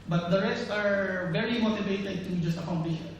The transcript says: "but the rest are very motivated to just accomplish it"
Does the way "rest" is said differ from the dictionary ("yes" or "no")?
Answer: no